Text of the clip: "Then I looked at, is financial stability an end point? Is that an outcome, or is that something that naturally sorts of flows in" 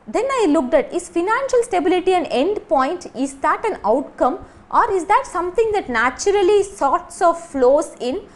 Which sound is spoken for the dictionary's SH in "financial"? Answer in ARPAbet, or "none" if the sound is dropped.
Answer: SH